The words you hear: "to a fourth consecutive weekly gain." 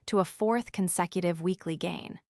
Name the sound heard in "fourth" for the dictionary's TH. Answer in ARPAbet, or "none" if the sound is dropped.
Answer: TH